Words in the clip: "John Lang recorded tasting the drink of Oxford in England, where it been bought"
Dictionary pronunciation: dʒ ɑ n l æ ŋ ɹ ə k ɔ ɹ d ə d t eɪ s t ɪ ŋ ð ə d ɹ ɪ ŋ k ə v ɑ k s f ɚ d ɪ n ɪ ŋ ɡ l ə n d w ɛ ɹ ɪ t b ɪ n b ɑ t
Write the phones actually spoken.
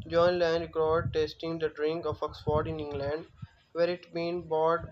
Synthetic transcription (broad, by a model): dʒ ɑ n l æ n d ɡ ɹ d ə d t eɪ s t ɪ ŋ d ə d ɹ ɪ ŋ k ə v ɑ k s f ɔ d ɪ n ɪ ŋ ɡ l ə n d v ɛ ɹ ɪ t b ɪ n b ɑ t